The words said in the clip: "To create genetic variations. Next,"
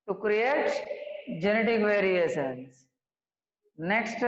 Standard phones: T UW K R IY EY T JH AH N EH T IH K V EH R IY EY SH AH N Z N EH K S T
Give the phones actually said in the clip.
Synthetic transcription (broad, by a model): T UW K R IY EY T JH AH N EH T IH K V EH R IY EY S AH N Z N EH K S T